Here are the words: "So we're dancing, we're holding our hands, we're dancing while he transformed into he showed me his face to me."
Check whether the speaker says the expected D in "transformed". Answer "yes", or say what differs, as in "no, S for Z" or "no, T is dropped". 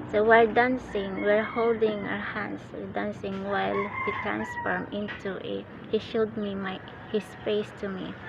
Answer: no, D is dropped